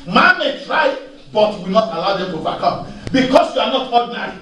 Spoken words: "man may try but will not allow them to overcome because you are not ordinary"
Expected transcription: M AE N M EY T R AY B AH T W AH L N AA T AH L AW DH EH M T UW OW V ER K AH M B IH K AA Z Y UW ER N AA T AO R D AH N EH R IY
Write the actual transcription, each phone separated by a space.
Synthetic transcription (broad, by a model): M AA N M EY T R AY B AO T W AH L N AA T AH L AW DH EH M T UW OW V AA K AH M B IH K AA S Y UW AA N AA T AO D N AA R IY